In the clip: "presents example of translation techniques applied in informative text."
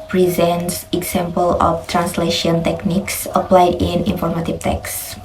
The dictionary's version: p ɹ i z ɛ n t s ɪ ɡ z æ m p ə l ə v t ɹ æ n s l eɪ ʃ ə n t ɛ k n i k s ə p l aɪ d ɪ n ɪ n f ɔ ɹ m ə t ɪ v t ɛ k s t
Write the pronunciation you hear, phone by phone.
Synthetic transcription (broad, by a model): p ɹ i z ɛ n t s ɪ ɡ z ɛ m p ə l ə f t ɹ æ n s l eɪ ʃ ə n t ɛ k n i k s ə p l aɪ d ɪ n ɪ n f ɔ ɹ m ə t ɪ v t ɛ k s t